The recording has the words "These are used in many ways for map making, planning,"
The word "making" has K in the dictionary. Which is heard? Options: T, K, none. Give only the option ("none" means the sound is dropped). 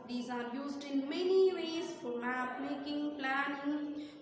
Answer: K